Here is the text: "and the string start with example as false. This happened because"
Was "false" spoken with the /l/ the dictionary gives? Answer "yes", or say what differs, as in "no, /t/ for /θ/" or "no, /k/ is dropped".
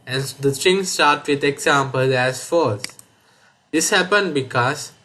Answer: no, /l/ is dropped